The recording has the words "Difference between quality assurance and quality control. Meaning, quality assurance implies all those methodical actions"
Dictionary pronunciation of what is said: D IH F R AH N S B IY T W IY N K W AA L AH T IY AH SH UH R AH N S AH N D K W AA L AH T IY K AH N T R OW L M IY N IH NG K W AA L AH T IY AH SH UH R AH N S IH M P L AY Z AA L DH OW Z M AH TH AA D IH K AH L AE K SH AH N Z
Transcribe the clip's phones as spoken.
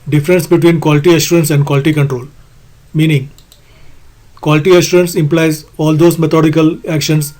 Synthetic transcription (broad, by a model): D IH F R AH N S B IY T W IY N K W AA L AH T IY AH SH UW R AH N S AH N D K W AA L AH T IY K AH N T R OW L M IY N IH NG K W AA L AH T IY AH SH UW R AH N S IH M P L AY Z AA L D OW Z M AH T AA D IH K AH L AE K SH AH N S